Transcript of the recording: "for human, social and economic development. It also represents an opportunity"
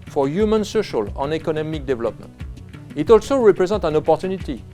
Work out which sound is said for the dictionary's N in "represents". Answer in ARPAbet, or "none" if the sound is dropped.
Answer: none